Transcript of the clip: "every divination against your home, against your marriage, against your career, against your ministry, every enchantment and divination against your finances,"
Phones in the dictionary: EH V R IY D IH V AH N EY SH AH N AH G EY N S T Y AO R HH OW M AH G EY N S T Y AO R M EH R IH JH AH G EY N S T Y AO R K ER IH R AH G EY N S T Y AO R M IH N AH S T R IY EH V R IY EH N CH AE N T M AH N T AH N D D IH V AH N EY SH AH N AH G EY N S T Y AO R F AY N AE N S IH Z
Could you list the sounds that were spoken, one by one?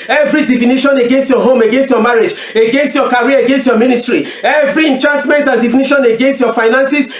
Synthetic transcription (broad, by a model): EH V R IY D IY F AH N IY SH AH N AH G EY N S T Y AO HH OW M AH G EY N S T Y AO M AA R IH JH AH G EY N S T Y AO K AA R AH G EY N S T Y AO M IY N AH S T R IY EH V R IY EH N CH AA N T M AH N T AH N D D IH F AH N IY SH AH N AH G EY N S T Y AO F AY N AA N S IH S